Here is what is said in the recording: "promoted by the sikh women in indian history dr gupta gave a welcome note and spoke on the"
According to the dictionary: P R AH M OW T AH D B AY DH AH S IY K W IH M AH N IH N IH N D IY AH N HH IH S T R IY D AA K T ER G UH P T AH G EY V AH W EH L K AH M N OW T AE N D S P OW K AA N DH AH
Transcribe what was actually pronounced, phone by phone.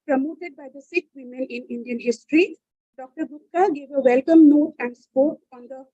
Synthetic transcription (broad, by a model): P R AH M OW T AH D B AY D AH S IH K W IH M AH N IH N IH N D IY AH N HH IH S T R IY D AA K T ER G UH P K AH G EY V AH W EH L K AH M N OW T AE N D S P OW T AA N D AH